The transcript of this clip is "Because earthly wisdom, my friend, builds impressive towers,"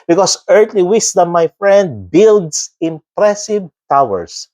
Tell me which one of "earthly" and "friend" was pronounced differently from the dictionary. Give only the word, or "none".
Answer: earthly